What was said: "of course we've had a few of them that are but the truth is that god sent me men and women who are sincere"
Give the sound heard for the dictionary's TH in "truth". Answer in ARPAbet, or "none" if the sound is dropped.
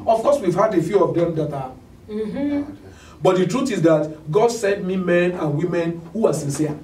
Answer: T